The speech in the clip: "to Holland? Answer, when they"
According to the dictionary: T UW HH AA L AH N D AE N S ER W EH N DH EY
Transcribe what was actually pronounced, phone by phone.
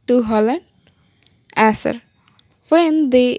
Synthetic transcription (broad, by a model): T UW HH AA L AH N D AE S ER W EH N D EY